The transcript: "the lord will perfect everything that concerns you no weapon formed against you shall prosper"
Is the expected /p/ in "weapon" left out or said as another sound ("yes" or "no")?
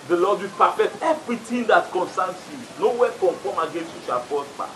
yes